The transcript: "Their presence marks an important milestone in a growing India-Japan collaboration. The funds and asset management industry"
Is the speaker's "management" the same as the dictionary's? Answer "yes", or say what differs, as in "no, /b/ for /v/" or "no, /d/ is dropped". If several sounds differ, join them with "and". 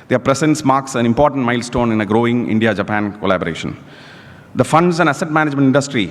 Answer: yes